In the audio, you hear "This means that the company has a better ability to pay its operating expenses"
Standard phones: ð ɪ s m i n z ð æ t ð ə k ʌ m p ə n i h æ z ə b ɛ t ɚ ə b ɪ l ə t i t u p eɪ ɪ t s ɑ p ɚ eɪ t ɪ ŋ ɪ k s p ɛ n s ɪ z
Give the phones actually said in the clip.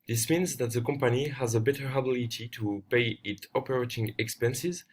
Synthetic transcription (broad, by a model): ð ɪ s m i n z ð æ t ð ə k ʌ m p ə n i h æ z ə b ɛ t ɚ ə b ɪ l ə t i t u p eɪ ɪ t ɑ p ɚ eɪ t ɪ ŋ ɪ k s p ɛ n s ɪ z